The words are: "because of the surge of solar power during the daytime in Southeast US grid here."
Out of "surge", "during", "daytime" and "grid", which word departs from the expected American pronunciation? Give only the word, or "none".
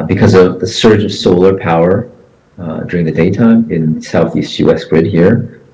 none